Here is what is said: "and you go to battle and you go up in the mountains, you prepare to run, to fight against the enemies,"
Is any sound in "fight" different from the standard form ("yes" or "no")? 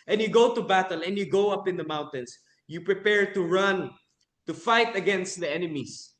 no